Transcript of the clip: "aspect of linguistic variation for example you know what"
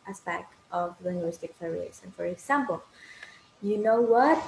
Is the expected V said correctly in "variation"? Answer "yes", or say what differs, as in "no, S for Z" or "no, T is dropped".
no, P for V